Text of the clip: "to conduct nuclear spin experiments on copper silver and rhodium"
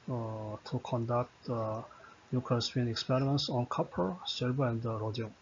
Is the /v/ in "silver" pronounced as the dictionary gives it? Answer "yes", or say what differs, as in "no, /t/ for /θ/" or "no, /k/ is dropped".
no, /b/ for /v/